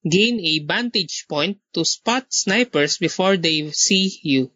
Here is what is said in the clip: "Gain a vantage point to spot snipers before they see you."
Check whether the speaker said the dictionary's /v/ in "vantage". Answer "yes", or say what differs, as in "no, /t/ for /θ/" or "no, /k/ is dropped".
no, /b/ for /v/